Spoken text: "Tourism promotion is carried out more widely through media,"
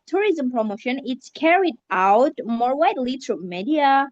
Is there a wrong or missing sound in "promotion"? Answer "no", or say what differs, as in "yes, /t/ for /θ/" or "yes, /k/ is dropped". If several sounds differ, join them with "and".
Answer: no